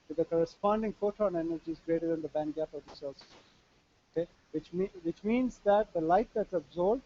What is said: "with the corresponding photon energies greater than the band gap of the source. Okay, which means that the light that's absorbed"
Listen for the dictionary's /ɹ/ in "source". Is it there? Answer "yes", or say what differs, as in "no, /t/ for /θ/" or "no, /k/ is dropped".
no, /l/ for /ɹ/